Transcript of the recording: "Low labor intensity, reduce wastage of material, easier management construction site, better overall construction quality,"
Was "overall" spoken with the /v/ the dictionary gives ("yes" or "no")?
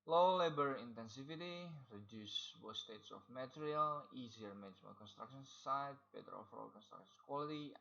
no